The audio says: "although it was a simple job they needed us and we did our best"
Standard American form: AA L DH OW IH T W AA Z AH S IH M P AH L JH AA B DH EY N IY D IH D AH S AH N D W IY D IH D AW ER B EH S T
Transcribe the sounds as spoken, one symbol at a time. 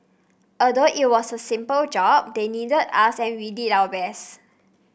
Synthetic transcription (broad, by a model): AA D OW IH T W AA S AH S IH M P AH L JH AA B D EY N IY D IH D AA S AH N W IY D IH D AW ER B EH S